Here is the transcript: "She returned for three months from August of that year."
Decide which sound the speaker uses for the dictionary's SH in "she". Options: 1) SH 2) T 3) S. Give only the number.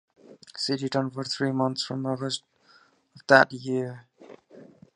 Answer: 3